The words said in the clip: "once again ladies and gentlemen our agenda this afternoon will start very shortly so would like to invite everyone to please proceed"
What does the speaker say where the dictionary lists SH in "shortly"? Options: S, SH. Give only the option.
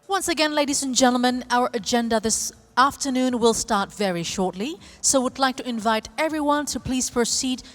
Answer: SH